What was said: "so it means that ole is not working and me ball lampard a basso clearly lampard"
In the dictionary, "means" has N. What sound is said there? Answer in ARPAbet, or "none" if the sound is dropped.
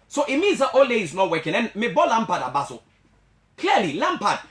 none